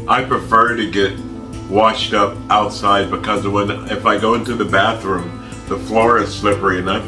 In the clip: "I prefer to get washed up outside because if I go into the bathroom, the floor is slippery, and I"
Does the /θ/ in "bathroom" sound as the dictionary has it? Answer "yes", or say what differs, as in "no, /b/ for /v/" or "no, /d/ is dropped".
yes